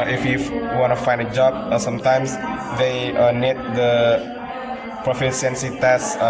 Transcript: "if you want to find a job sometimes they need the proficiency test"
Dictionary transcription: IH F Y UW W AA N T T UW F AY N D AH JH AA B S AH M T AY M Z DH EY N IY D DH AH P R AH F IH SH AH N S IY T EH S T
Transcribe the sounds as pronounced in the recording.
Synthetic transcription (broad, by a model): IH F Y UW W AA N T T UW F AY N D AH JH AA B S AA M T AY M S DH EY N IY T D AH P R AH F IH S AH N S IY T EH S